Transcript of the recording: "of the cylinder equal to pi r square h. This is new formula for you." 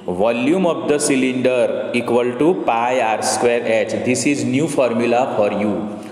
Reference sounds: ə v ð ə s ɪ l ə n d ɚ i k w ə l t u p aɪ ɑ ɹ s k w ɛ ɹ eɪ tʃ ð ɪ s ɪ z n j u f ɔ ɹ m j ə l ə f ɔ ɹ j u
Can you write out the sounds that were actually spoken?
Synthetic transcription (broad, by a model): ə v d ə s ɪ l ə n d ɚ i k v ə l t u p aɪ ɑ ɹ s k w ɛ ɹ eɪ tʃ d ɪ s ɪ z n j u f ɔ ɹ m j ə l ə f ɔ ɹ j u